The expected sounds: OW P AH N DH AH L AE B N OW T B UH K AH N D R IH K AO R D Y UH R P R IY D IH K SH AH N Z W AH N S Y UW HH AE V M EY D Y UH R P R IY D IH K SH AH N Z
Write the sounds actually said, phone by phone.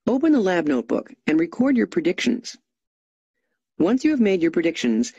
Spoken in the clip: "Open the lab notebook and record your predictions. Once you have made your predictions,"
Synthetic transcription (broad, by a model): OW P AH N DH AH L AE B N OW T B UH K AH N R IH K AO R D Y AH R P R IY D IH K SH AH N Z W AH N S Y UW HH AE V M EY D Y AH R P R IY D IH K SH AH N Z